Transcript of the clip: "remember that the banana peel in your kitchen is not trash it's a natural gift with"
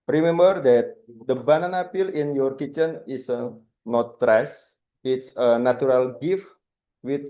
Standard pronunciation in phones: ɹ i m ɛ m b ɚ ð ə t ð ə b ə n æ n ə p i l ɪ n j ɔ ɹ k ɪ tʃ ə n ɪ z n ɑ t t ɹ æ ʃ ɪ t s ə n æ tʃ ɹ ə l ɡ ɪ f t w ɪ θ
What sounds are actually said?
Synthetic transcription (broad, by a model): ɹ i m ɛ m b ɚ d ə t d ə b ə n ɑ n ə p i l ɪ n j ɔ ɹ k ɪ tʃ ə n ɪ s n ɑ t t ɹ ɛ s ɪ t s ə n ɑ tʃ ɹ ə l ɡ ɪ f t w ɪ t